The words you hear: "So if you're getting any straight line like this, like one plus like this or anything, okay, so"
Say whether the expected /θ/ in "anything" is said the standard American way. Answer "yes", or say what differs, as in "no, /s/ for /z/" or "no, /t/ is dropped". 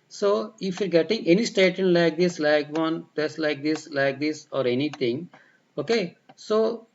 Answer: no, /t/ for /θ/